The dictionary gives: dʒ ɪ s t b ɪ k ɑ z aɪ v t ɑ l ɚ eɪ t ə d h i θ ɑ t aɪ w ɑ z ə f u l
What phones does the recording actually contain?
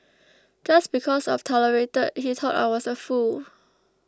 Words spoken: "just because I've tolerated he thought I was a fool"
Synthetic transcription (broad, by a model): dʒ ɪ s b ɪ k ɑ s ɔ f t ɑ l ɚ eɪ t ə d h i t ɑ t aɪ w ɑ s ə f u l